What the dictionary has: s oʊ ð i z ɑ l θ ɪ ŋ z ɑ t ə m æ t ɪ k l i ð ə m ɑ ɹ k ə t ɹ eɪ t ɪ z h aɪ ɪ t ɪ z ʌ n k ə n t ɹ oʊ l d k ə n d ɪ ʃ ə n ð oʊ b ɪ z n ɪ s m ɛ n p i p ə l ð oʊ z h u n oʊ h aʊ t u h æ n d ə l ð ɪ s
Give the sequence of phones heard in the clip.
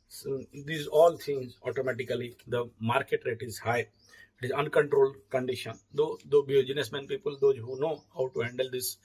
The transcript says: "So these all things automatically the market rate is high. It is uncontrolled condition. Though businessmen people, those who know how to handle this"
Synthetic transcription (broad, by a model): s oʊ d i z ɑ l t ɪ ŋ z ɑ t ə m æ t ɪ k l i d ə m ɑ ɹ k ə t ɹ eɪ t ɪ z h aɪ ɪ t ɪ z ʌ n k ə n t ɹ oʊ l d k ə n d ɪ ʃ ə n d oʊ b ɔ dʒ n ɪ s m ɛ n p i p ə l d oʊ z h u n oʊ h aʊ t u h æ n d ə l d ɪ s